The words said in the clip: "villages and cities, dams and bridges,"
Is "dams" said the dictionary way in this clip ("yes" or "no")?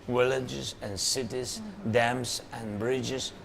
no